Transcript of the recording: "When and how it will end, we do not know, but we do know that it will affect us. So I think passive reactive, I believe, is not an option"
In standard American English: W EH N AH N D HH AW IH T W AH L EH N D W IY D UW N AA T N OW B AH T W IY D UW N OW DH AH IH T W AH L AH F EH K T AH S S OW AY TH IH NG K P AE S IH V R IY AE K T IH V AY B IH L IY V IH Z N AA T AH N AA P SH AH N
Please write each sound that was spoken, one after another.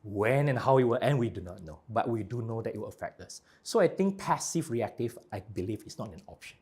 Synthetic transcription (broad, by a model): W EH N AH N HH AW IH T W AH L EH N W IY D UW N AA T N OW B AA T W IY D UW N OW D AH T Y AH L AH F EH K T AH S S OW AY T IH NG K P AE S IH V R IY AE K T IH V AY B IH L IY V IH S N AA T AH N AA P SH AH N